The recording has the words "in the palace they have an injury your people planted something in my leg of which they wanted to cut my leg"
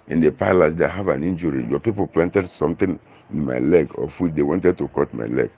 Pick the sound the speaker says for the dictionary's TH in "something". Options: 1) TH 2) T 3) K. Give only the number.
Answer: 2